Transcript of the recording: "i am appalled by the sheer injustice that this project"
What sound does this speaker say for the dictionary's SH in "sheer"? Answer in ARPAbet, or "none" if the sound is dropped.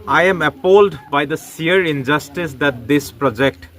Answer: S